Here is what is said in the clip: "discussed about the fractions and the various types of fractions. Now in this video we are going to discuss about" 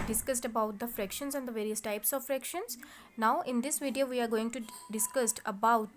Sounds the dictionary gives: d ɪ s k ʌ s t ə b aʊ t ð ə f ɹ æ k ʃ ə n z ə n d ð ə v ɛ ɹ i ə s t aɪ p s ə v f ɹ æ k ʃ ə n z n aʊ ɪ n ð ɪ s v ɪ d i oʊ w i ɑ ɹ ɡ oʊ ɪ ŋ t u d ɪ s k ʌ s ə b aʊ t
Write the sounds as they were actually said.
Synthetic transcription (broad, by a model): d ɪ s k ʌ s t ə b aʊ t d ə f ɹ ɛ k ʃ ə n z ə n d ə v ɛ ɹ i ə s t aɪ p s ə v f ɹ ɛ k ʃ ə n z n aʊ ɪ n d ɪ s v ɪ d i oʊ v i ɑ ɹ ɡ oʊ ɪ ŋ t u d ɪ s k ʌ s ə b aʊ t